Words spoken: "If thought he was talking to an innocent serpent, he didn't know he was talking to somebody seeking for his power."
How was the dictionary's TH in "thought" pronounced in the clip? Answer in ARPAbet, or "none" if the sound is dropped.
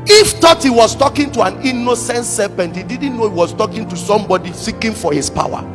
T